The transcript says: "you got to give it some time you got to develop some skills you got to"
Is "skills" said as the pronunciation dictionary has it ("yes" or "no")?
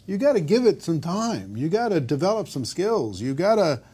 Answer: yes